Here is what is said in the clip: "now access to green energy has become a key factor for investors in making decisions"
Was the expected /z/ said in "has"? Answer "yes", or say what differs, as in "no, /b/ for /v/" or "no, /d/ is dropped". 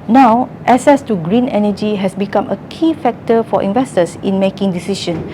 no, /s/ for /z/